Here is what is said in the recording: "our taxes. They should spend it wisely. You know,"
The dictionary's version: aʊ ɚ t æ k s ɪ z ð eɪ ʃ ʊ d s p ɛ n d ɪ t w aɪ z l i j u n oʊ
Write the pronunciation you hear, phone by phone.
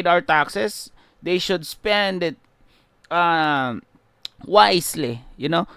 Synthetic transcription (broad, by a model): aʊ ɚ t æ k s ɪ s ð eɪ ʃ ʊ d s p ɛ n d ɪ t w aɪ s l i j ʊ n oʊ